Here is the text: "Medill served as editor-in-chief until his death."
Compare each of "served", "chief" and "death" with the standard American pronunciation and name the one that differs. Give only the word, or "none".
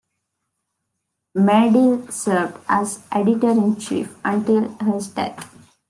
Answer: death